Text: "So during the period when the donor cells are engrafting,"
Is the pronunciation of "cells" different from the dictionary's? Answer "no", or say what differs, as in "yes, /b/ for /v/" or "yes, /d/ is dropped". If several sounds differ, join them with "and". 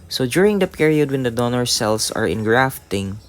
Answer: yes, /s/ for /z/